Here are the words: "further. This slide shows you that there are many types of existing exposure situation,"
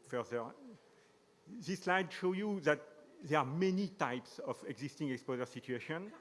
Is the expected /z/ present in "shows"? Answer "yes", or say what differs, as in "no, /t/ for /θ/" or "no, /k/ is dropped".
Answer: no, /z/ is dropped